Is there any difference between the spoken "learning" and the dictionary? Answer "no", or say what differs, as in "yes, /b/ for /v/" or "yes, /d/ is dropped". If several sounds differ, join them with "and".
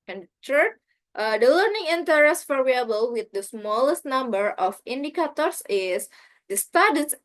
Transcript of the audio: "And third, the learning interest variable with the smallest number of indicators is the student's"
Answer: no